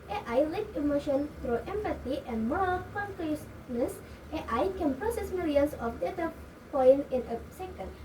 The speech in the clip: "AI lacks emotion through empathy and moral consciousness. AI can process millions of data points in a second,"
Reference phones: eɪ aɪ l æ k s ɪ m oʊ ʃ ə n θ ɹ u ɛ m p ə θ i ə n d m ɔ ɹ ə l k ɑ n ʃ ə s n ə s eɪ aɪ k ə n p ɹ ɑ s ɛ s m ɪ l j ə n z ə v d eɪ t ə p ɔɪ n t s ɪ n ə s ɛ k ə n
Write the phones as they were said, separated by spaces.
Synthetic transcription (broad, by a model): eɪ aɪ l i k ɪ m oʊ ʃ ə n t ɹ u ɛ m p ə t i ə n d m ɔ ɹ ə l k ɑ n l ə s n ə s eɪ aɪ k ə n p ɹ ɑ s ɛ s m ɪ l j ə n s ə f d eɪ t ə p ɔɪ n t ɪ n ə s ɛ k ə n